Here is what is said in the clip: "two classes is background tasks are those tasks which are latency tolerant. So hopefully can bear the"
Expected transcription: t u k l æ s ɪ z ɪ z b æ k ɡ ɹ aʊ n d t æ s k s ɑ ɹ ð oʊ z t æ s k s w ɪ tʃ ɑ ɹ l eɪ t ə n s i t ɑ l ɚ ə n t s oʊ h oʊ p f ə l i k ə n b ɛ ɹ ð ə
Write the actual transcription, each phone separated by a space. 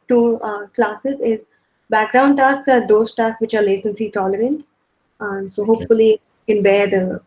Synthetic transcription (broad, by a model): t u k l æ s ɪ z ɪ z b æ k ɡ ɹ aʊ n d t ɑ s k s ɑ ɹ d oʊ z t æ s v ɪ tʃ ɑ ɹ l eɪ s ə n s i t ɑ l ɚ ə n t s oʊ h oʊ p f ə l i k ə n b ɛ ɹ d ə